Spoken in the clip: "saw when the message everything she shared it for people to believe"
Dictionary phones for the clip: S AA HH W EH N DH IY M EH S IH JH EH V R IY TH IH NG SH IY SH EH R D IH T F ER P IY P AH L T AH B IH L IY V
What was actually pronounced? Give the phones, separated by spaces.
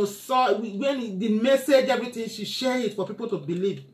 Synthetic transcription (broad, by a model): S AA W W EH N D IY M EH S IH JH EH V R IY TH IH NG SH IY SH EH R IH T F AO P IY P AH L T AH B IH L IY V